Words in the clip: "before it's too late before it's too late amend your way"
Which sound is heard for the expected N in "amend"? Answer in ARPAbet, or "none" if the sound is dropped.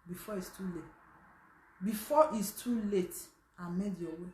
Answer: none